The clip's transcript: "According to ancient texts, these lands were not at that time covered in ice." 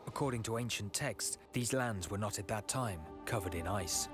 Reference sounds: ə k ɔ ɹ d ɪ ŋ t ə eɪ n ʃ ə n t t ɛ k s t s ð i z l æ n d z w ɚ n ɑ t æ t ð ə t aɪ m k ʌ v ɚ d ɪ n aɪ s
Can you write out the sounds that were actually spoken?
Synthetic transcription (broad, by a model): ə k ɔ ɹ d ɪ ŋ t ə eɪ n ʃ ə n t t ɛ k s s ð i z l æ n d z w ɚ n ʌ t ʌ t ð ə t aɪ m k ʌ v ɚ d ɪ n aɪ s